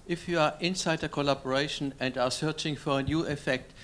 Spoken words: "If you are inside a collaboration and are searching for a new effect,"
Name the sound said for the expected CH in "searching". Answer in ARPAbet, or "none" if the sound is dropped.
CH